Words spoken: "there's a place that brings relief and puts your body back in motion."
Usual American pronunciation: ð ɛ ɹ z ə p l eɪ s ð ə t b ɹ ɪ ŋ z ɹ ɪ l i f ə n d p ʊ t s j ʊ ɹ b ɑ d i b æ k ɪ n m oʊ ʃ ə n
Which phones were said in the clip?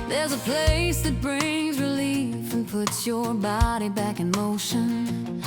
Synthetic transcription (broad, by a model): ð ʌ ɹ z ə p l eɪ s ð ə t b ɹ ɪ ŋ z ɹ ɪ l i f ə n p ʊ t s j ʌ ɹ b ɑ d i b æ k ɪ n m oʊ ʃ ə n